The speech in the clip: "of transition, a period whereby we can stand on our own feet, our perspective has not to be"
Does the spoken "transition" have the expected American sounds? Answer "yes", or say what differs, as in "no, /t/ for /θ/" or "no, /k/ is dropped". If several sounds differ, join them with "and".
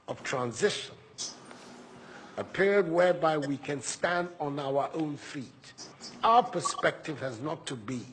yes